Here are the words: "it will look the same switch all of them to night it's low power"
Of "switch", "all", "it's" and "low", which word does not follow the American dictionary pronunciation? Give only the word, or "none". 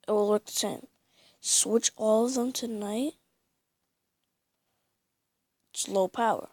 none